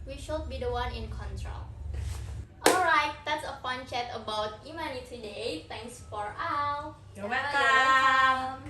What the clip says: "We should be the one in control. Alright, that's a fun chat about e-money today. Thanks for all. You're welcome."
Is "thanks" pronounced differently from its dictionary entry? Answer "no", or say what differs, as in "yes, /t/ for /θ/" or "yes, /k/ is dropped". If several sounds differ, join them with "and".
yes, /t/ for /θ/